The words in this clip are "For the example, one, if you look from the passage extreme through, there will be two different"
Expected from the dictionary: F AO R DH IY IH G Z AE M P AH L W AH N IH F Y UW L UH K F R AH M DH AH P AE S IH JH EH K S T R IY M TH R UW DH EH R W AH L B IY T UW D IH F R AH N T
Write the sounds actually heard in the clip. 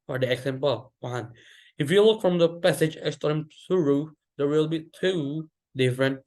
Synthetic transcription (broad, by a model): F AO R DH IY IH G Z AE M P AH L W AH N IH F Y UW L UH K F R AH M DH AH P AE S IH JH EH S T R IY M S R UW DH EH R W AH L B IY T UW D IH F R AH N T